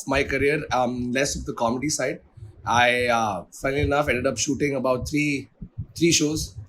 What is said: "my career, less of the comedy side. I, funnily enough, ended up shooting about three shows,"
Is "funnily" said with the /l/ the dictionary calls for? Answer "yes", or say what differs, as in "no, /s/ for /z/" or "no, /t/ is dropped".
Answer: no, /n/ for /l/